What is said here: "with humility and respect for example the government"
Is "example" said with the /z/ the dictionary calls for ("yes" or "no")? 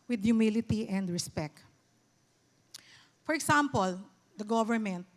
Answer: no